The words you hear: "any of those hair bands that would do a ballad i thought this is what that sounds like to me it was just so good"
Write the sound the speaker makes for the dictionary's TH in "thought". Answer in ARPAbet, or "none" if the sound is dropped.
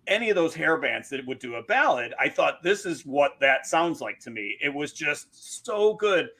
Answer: TH